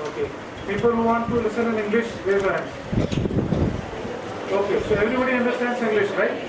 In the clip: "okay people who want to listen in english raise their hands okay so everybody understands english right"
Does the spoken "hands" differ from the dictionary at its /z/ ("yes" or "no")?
yes